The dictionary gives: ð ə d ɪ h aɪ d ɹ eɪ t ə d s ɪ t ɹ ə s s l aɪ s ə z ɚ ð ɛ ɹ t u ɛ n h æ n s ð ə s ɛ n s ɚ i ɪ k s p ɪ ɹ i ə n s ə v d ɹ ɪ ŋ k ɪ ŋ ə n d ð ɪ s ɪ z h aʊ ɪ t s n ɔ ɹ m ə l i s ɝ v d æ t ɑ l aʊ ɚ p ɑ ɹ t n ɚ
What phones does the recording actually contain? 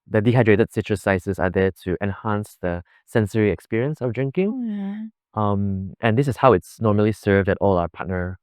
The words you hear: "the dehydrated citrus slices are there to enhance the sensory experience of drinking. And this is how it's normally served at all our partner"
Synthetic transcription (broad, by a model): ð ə d ɪ h aɪ d ɹ eɪ t ə d s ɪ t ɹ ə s s aɪ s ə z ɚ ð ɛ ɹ t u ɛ n h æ n s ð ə s ɛ n s ɚ i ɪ k s p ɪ ɹ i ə n s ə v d ɹ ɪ ŋ k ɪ ŋ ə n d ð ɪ s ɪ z h aʊ ɪ t s n ɔ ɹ m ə l i s ɝ v d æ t ɑ l aʊ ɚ p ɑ t n ɚ